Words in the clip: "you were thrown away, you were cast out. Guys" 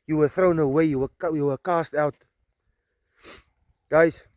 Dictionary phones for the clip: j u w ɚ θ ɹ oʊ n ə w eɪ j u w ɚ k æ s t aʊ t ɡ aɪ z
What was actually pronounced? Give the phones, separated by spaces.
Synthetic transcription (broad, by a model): j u w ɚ θ ɹ oʊ n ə w eɪ j u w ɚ k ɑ s t aʊ t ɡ aɪ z